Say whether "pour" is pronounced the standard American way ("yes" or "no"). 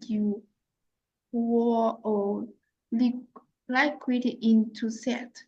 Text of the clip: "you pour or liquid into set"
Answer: no